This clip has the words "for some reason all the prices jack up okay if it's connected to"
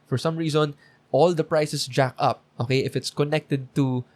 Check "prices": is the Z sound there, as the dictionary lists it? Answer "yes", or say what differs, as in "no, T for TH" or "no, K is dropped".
no, S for Z